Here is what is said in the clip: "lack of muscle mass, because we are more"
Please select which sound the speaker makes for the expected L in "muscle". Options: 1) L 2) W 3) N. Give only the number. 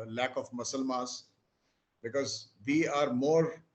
1